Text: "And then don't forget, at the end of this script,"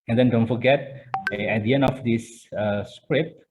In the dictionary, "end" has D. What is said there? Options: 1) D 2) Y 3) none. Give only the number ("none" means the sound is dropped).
3